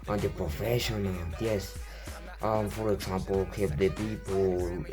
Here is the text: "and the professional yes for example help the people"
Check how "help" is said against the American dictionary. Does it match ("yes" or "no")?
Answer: no